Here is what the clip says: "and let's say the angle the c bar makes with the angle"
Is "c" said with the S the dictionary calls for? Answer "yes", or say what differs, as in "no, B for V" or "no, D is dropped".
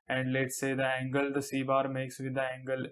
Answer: yes